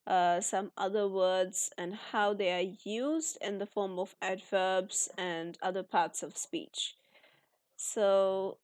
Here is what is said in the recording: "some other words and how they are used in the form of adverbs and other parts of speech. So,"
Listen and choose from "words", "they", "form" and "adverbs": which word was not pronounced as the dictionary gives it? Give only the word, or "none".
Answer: none